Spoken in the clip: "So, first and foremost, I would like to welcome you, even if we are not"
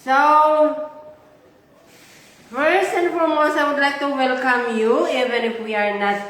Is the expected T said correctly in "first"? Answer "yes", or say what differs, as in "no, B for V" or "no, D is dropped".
no, T is dropped